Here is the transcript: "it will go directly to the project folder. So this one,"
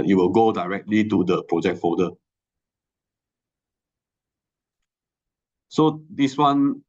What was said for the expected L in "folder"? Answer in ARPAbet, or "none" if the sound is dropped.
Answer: none